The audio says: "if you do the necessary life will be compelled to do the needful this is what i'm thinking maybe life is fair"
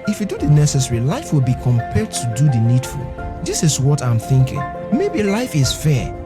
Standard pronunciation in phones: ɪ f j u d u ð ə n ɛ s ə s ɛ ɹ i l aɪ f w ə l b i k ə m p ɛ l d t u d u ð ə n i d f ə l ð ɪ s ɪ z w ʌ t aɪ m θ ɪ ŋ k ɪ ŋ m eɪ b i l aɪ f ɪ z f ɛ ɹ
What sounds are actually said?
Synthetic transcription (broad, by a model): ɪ f j u d u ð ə n ɛ s ə s ɛ ɹ i l aɪ f w ə l b i k ə m p ɛ l d t u d u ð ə n i d f ə l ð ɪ s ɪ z w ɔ t aɪ m θ ɪ ŋ k ɪ ŋ m eɪ b i l aɪ f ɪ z f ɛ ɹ